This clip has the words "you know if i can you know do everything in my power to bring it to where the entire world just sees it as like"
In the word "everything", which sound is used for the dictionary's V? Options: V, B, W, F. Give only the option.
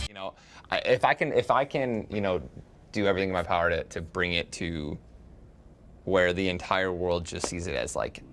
V